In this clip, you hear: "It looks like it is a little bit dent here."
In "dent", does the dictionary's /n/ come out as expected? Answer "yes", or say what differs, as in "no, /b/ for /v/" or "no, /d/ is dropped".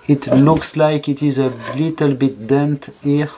yes